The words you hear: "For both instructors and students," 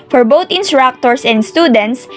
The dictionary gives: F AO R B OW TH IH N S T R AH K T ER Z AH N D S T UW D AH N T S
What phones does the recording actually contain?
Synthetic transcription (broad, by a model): F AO R B OW T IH N S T R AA K T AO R AH N D S T UW D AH N T S